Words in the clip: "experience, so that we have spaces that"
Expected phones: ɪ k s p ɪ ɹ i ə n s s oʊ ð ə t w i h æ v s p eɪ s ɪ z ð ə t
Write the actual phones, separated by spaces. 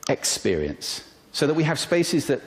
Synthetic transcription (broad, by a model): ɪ k s p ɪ ɹ i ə n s s oʊ ð ə t w i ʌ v s p eɪ s ɪ z ð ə t